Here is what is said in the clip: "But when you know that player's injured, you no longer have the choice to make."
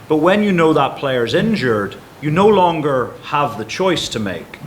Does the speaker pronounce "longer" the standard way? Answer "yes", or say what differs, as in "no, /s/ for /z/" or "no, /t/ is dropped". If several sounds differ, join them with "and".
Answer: yes